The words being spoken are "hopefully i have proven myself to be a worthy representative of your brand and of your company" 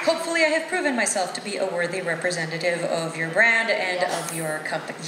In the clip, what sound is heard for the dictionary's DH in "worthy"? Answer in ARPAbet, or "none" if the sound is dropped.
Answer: DH